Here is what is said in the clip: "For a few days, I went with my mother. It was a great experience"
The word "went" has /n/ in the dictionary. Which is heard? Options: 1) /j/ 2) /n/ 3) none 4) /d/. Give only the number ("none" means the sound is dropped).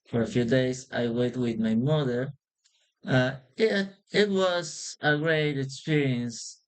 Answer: 3